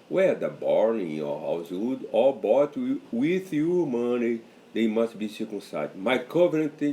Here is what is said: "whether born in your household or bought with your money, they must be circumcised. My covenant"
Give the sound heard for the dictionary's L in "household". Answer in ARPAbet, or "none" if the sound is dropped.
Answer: none